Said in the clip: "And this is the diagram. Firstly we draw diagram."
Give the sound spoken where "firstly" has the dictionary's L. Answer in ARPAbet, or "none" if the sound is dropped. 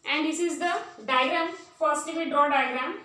none